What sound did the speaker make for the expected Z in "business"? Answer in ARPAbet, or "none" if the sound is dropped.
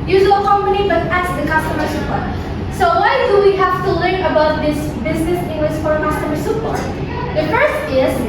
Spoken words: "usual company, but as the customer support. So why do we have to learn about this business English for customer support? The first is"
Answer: Z